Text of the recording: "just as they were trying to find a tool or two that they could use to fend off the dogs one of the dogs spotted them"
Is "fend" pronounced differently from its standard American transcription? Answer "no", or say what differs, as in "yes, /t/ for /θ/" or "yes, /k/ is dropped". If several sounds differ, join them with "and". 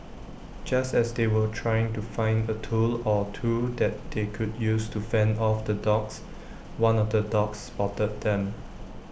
no